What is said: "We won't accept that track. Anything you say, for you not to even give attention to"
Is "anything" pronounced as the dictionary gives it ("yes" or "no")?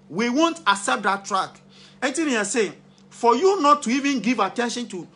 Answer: no